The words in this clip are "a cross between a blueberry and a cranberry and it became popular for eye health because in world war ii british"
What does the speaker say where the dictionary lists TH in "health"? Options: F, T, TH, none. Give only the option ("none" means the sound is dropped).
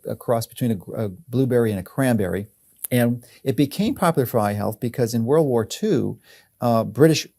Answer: TH